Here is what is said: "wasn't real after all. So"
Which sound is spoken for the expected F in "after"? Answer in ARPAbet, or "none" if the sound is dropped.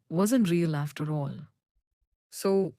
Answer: F